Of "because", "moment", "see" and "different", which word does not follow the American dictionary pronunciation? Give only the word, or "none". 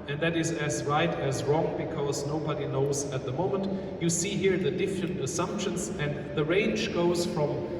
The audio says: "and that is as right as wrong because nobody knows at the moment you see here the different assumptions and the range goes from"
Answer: none